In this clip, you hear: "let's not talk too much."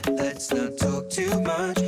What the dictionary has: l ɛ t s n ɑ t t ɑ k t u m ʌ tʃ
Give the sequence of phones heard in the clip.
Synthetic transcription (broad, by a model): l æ t s n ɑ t t ɑ k t u m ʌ tʃ